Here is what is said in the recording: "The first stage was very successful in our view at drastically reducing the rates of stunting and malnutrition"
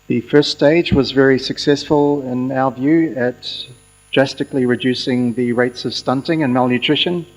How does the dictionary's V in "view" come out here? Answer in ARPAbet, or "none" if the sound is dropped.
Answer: V